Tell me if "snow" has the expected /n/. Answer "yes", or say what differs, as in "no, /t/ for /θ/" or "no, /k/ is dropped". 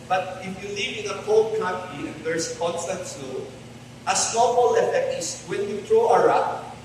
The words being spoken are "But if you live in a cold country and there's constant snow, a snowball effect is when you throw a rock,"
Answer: no, /n/ is dropped